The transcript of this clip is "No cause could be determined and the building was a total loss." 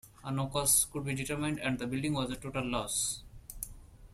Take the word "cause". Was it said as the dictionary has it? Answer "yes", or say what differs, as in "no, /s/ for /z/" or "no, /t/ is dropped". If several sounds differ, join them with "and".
no, /s/ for /z/